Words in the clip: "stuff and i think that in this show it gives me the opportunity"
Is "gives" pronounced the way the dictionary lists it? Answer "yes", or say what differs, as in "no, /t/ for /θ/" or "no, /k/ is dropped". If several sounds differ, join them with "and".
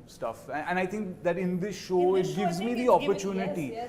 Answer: yes